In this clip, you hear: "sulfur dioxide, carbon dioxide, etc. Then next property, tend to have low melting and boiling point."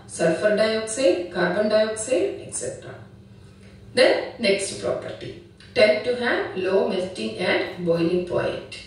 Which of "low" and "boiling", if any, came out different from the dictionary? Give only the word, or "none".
none